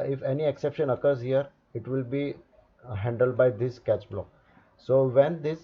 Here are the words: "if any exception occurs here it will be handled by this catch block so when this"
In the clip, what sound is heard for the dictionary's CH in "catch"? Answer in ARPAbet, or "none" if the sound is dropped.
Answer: CH